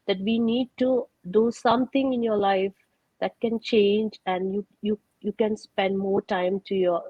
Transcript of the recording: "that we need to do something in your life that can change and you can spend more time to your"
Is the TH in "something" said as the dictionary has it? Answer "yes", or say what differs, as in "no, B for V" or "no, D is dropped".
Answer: no, T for TH